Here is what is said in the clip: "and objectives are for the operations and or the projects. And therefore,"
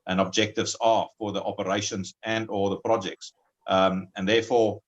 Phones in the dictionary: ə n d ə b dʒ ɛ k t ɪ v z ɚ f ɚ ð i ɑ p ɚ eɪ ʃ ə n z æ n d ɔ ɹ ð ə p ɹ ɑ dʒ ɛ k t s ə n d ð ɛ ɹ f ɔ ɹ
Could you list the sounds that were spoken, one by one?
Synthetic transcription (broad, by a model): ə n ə b dʒ ɛ k t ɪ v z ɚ f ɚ ð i ɑ p ɚ eɪ ʃ ə n z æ n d ɔ l ð ə p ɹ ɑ dʒ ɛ k t s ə n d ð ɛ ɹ f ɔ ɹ